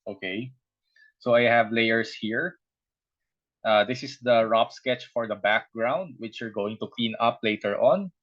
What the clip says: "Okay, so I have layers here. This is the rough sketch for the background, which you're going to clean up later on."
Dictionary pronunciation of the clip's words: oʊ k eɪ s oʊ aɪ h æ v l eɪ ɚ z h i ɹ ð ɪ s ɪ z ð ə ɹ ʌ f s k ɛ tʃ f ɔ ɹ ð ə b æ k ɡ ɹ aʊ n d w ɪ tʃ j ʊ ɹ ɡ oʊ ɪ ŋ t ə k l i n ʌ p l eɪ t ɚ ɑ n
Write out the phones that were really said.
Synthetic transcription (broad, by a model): oʊ k eɪ s oʊ aɪ h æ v l eɪ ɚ s h i ɹ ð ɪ s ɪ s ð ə ɹ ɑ p s k ɛ tʃ f ɔ ɹ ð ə b æ k ɡ ɹ aʊ n d w ɪ tʃ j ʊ ɹ ɡ oʊ ɪ ŋ t ə k l i n ʌ p l eɪ t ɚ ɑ n